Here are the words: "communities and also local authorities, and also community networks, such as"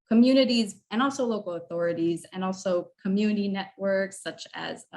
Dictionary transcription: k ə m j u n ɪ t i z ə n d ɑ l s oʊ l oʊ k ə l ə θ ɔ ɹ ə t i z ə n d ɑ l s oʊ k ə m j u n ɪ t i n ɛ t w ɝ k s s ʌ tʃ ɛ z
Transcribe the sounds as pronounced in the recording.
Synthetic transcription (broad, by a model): k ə m j u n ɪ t i z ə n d ɑ l s oʊ l oʊ k l ə θ ɔ ɹ ə t i z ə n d ɑ l s oʊ k ə m j u n ɪ t i n ɛ t w ɝ k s s ʌ tʃ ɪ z